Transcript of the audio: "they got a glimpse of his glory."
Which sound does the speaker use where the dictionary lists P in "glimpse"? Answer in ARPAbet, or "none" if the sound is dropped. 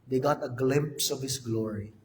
P